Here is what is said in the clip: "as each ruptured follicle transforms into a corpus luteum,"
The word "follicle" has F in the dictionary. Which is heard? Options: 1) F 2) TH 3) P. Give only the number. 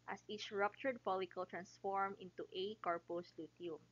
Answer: 3